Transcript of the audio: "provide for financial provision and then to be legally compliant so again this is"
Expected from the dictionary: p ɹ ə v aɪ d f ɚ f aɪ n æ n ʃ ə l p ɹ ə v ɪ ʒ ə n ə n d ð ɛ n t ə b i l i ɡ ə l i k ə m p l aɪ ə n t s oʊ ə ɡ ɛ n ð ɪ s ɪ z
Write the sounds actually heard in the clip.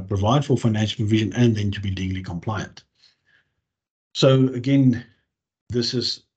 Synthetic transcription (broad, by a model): p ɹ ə v aɪ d f ɚ f aɪ n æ n ʃ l p ɹ ə v ɪ ʒ ə n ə n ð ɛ n t ə b i l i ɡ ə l i k ə m p l aɪ ə n t s oʊ ə ɡ ɛ n ð ɪ s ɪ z